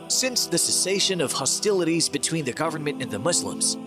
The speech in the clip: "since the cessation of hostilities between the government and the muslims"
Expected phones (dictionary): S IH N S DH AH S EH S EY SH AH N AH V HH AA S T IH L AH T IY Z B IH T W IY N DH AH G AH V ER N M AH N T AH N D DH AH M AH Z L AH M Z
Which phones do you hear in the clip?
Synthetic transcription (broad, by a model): S IH N S DH AH S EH S EY SH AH N AH V HH AA S T IH L AH T IY Z B IH T W IY N DH AH G AH V ER N M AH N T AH N DH AH M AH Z L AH M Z